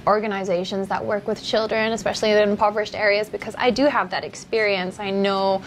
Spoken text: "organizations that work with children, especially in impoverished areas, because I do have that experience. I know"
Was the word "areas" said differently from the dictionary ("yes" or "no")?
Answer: no